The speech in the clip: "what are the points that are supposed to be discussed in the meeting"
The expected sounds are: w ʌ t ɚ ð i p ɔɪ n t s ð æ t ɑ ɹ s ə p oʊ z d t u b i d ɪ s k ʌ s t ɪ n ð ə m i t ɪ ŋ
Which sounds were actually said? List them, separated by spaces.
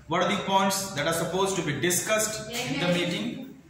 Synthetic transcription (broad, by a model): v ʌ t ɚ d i p ɔɪ n t s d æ t ɑ ɹ s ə p oʊ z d t u b i d ɪ s k ʌ s t ɪ n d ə m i t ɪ ŋ